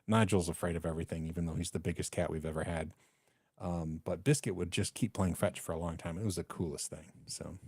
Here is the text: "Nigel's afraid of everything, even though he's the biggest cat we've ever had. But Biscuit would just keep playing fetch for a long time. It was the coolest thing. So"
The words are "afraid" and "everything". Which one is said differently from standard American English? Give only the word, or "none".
none